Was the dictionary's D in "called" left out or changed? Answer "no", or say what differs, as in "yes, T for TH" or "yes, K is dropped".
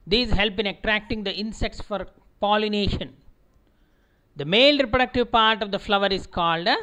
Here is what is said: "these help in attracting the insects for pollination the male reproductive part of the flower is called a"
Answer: no